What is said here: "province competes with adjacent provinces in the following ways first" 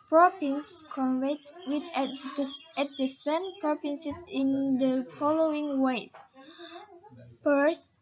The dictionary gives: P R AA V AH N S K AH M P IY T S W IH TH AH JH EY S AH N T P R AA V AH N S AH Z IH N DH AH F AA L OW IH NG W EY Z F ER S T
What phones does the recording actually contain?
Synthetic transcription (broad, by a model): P R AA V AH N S K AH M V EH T W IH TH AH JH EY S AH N P R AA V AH N S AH S IH N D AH F AA L OW IH NG W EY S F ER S